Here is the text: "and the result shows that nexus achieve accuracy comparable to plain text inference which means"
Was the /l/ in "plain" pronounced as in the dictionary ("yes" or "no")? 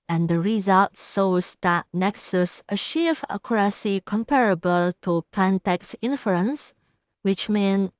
no